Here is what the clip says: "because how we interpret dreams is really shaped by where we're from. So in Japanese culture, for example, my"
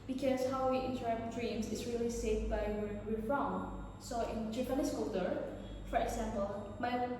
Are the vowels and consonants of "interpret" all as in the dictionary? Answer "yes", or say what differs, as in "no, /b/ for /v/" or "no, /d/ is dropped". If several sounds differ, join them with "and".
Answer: no, /p/ is dropped